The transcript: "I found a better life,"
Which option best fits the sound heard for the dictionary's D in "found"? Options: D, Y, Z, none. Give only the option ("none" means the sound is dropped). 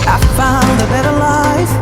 none